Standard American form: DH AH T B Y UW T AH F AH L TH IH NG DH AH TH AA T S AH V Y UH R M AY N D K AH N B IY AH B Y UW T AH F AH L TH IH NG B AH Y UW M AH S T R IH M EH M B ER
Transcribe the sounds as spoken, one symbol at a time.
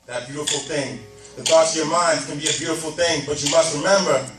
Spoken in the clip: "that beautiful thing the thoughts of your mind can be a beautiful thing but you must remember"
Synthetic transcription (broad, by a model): DH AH T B Y UW T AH F L TH IH NG DH AH TH AA T S AH V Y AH R M AY N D K AH N B IY AH B Y UW T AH F L TH IH NG B AH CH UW M AH S T R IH M EH M B ER